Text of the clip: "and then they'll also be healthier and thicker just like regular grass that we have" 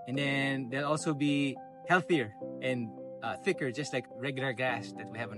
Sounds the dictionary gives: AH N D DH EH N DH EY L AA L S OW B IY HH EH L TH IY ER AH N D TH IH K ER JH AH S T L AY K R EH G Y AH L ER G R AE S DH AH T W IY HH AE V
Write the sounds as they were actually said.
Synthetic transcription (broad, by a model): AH N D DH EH N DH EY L AA L S OW B IY HH EH L TH IY ER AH N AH TH IH K ER JH AH S T L AY K R EH G Y L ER G AE S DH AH T W IY HH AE V